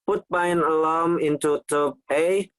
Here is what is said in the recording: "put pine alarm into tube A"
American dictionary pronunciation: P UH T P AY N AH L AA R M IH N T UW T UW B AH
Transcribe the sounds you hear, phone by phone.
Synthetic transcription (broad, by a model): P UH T B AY N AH L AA M IH N T UW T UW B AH